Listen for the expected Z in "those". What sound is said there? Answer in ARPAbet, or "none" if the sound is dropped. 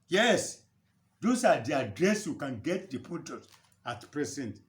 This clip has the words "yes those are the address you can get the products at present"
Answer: S